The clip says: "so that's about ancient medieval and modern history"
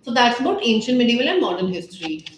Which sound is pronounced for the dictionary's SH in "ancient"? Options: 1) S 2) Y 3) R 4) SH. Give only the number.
4